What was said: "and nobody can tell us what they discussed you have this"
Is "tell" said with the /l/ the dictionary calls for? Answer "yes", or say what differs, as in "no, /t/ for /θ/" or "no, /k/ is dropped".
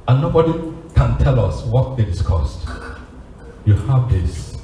yes